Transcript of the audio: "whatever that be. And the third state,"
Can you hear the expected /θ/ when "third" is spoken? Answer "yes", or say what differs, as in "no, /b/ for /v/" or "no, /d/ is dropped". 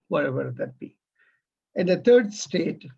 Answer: no, /t/ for /θ/